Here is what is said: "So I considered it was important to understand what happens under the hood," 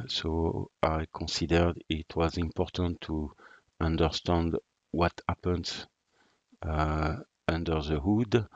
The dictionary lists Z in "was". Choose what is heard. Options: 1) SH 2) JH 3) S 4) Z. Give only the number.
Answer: 4